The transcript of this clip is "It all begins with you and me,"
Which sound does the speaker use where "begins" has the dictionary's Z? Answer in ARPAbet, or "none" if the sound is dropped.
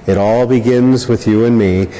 Z